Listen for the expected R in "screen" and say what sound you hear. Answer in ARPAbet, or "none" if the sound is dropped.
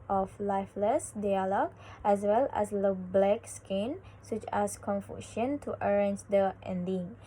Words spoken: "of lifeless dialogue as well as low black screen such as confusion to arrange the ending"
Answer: none